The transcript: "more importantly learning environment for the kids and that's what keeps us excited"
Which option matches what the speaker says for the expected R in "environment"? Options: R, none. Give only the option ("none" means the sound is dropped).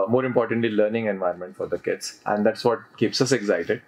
none